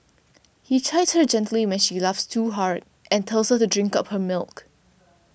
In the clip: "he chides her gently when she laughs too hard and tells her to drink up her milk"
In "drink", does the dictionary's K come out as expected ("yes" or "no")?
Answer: yes